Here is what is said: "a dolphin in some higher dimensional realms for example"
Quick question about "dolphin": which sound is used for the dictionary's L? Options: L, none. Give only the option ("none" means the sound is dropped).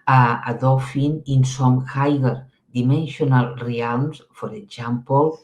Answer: none